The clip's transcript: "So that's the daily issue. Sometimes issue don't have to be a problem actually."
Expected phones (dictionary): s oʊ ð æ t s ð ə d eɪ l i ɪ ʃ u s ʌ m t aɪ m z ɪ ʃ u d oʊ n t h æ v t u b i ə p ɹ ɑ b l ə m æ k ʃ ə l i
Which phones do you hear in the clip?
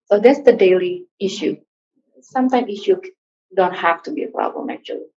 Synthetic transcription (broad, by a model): s oʊ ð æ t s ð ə d eɪ l i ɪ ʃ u s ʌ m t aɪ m ɪ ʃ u d oʊ n t h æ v t u b i ə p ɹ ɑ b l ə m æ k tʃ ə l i